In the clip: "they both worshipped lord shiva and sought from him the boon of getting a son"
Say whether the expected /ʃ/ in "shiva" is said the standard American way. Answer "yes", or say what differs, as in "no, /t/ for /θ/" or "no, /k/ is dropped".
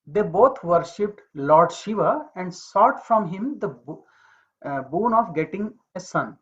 yes